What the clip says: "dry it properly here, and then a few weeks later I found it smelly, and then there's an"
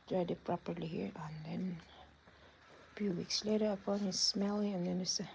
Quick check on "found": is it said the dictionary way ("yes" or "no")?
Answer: no